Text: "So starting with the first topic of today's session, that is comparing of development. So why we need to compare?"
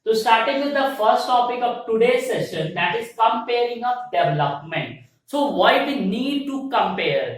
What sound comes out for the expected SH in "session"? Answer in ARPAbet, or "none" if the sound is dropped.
SH